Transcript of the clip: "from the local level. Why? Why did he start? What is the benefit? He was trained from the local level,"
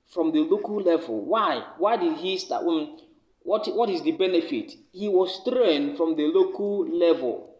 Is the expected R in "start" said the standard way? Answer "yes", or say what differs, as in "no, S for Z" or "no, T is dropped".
no, W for R